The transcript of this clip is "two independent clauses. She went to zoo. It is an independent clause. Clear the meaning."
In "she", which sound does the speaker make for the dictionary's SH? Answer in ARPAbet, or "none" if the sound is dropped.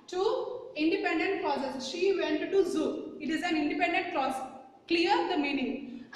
SH